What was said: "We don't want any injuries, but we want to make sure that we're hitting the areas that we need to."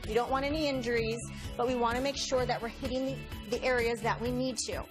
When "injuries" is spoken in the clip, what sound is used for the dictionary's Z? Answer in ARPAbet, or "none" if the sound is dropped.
Z